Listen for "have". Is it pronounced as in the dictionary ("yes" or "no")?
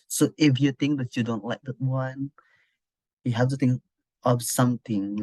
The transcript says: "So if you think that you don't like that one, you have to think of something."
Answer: no